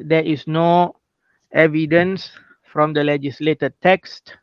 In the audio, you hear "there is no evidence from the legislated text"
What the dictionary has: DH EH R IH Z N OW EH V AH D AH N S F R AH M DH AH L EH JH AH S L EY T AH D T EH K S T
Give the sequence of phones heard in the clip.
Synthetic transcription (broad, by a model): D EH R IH S N OW EH V AH D AH N S F R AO M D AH L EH JH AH S L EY T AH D T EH K S T